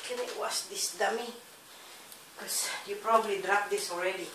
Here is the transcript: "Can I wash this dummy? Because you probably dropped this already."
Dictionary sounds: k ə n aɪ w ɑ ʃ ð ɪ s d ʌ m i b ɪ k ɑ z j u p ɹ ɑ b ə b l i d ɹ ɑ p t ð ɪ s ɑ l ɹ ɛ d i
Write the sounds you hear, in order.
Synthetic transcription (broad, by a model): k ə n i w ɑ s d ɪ s d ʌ m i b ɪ k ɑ s j u p ɹ ɑ b ə b l i d ɹ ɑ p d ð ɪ s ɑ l ɹ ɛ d i